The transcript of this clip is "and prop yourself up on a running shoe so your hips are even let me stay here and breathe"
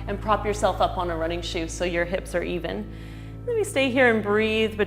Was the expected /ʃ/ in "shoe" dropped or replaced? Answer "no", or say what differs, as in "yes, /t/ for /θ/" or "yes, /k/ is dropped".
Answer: no